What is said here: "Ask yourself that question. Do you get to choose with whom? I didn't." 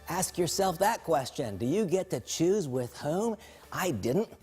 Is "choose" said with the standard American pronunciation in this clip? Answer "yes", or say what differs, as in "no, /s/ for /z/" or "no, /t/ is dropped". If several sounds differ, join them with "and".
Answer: yes